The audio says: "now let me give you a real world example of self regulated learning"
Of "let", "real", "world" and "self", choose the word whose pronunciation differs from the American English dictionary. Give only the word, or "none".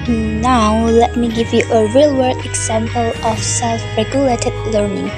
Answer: world